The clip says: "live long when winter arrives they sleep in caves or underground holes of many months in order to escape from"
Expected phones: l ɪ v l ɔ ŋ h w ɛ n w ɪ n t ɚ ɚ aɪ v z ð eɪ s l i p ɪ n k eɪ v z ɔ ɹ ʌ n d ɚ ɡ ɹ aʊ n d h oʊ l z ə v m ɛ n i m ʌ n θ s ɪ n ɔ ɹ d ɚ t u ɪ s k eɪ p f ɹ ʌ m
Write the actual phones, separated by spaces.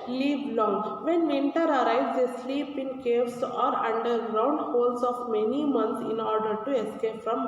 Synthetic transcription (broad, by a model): l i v l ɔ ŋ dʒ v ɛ n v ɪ n t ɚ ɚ aɪ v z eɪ s l i p ɪ n k eɪ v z ɔ ɹ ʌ n d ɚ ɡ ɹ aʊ n d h oʊ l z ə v m ɛ n i m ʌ n t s ɪ n ɔ ɹ d ɚ t u ɪ s k eɪ p f ɹ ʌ m